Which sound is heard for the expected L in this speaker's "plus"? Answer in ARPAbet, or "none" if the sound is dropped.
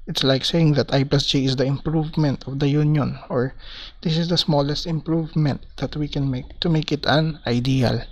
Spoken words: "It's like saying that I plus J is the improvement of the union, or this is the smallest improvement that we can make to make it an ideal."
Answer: none